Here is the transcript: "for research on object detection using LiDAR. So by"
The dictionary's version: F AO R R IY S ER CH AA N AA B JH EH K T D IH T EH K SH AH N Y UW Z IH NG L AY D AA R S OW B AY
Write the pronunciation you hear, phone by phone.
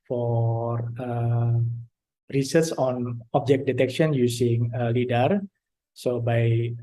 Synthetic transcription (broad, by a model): F AO R R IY S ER S AA N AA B JH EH K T D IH T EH K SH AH N Y UW S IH NG L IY D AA R S OW B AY